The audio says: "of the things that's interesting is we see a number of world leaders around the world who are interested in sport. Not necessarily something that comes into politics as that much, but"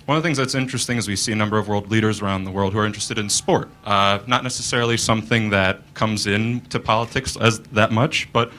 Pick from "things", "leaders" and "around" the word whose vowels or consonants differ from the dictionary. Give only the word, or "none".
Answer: none